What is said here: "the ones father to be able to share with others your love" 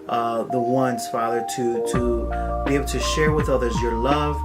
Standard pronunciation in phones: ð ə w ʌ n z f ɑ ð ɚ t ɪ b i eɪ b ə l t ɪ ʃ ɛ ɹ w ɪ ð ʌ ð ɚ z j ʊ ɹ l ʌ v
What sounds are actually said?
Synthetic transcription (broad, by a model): ð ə w ʌ n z f ɑ ð ɚ t ɪ b i eɪ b l t ɪ ʃ ɛ ɹ w ɪ ð ʌ ð ɚ z j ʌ ɹ l ʌ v